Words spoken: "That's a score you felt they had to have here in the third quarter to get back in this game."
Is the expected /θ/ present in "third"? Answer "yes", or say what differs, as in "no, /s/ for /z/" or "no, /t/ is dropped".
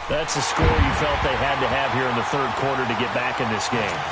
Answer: yes